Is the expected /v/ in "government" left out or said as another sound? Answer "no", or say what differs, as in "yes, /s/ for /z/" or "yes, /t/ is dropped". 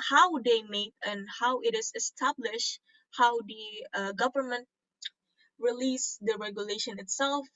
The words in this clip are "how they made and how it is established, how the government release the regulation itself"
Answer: no